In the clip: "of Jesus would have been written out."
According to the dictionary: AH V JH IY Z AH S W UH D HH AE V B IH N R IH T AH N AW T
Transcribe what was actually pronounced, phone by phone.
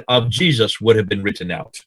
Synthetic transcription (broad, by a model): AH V JH IY Z AH S W UH D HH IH V B IH N R IH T N AW T